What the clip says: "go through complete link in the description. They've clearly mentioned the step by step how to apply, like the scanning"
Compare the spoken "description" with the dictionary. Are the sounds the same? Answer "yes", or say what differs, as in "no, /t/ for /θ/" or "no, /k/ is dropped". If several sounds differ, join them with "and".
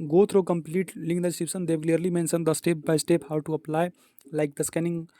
no, /s/ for /ʃ/